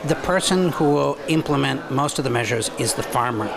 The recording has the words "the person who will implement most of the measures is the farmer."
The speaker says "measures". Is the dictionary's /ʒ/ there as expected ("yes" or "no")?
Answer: yes